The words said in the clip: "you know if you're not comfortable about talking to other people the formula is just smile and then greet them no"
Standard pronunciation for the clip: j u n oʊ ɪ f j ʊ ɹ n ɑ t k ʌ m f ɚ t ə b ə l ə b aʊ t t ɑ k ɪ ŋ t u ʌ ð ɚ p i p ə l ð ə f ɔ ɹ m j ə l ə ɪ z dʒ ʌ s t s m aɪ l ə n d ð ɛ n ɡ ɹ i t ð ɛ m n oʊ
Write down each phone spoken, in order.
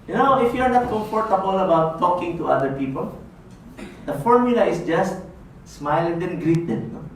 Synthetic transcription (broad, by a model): j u n oʊ ɪ f j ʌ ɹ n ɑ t k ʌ m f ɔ t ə b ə l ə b aʊ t t ɑ k ɪ ŋ t u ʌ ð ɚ p i p ə l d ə f ɔ ɹ m j ə l ə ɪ s dʒ ʌ s t s m aɪ l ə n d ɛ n ɡ ɹ i t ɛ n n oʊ